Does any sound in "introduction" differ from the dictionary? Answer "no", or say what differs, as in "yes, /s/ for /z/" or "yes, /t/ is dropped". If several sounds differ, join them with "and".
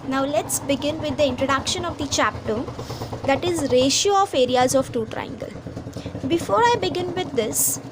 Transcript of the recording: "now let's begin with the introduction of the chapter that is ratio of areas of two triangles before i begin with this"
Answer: no